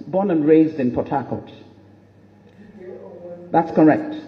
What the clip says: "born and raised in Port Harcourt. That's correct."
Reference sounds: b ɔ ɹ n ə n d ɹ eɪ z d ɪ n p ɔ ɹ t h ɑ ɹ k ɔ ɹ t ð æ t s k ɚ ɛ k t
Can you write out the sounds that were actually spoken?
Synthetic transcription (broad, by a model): b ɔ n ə n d ɹ eɪ z d ɪ n p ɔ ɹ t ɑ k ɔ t ð æ t s k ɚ ɛ k t